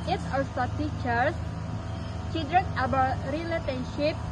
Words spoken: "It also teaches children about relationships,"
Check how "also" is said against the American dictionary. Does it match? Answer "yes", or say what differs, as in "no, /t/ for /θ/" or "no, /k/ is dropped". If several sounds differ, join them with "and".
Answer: no, /l/ is dropped